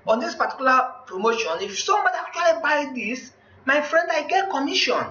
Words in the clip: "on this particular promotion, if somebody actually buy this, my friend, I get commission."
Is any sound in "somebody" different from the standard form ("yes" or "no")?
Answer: yes